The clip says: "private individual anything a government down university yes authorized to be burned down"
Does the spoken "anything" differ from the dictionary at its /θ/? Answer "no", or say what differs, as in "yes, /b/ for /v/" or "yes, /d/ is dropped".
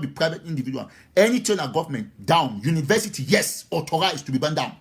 yes, /t/ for /θ/